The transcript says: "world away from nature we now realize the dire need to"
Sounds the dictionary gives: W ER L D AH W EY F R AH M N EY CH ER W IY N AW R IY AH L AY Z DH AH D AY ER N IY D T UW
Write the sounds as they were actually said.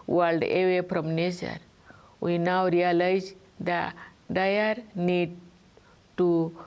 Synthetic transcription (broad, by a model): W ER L D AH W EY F R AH M N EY S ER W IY N AW R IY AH L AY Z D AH D AY ER N IY D T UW